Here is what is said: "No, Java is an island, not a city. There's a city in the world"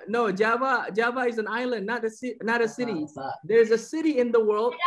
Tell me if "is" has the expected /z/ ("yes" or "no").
yes